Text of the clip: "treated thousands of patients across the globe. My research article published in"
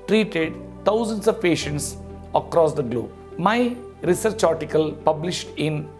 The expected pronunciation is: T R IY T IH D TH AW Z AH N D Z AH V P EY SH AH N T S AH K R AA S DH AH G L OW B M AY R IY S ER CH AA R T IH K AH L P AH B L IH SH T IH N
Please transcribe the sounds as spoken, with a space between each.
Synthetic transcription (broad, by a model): T R IY T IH D T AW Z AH N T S AH V P EY SH AH N T S AH K R AA S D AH G L OW B M AY R IY S ER CH AA R T IH K AH L P AH B L IH SH T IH N